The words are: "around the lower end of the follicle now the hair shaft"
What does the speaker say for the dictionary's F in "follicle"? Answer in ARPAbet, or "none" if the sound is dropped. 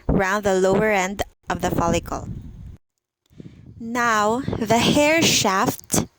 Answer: F